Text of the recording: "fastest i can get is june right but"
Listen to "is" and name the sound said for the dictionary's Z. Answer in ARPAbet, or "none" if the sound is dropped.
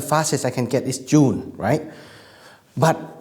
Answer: S